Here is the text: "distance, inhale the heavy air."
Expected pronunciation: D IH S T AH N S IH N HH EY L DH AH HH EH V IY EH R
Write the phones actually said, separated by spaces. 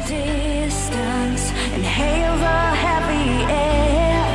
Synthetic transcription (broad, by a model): D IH S T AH N S IH N HH EY L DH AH HH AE P IY EH